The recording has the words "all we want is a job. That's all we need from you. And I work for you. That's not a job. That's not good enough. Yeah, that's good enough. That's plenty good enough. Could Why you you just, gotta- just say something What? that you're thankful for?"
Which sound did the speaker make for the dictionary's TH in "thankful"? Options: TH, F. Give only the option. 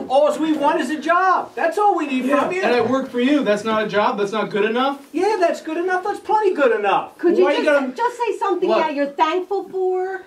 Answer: TH